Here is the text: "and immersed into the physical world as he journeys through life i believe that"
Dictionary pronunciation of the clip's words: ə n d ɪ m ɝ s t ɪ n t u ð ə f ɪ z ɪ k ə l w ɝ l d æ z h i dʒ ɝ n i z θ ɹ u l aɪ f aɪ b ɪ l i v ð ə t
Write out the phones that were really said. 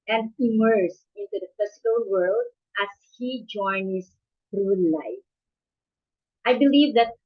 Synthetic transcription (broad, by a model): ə n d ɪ m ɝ s ɪ n t u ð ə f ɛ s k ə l w ɝ l d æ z h i dʒ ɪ n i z θ ɹ u l aɪ f aɪ b ɪ l i v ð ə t